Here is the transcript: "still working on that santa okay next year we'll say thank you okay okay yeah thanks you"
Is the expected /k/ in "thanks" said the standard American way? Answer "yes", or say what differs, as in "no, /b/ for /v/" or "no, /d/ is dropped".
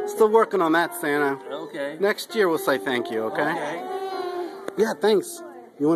yes